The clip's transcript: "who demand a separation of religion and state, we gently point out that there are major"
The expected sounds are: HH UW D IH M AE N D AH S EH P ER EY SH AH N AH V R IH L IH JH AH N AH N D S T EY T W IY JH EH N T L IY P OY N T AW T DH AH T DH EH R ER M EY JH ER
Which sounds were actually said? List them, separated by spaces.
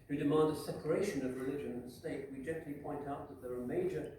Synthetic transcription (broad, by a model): HH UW D IH M AE N D AH S EH P ER EY SH AH N AH V R IH L IH JH AH N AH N S T EY T W IY JH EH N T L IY P OY N T AW T DH AH T DH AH R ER M EY JH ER